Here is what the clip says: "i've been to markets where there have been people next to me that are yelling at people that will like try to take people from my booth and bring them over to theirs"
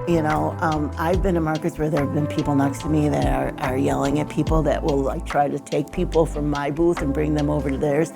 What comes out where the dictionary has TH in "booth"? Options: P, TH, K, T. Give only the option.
TH